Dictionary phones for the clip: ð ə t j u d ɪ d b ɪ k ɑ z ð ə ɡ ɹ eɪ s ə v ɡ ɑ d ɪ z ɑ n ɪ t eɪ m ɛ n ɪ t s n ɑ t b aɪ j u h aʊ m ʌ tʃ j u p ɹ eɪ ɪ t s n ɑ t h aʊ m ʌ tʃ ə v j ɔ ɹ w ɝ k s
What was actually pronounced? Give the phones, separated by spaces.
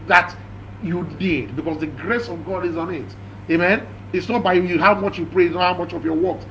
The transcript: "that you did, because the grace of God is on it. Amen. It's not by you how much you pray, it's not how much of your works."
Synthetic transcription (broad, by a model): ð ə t j u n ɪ d b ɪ k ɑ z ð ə ɡ ɹ eɪ s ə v ɡ ɑ d ɪ z ɑ n ɪ t eɪ m ɛ n ɪ t s n ɑ t b aɪ j u h aʊ m ʌ tʃ j u p ɹ eɪ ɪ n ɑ h aʊ m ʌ tʃ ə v j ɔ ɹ w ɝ k s